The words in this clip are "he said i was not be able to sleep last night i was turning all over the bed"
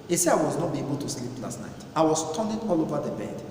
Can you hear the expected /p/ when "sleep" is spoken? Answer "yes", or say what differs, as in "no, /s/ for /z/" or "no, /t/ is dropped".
yes